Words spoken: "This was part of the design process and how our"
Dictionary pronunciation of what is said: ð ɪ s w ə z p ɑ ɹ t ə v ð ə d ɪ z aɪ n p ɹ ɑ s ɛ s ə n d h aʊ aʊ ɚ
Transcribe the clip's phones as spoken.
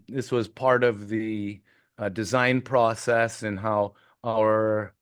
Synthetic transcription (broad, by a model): ð ɪ s w ə z p ɑ ɹ t ə v ð ə d ɪ z aɪ n p ɹ ɑ s ɛ s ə n h aʊ aʊ ɚ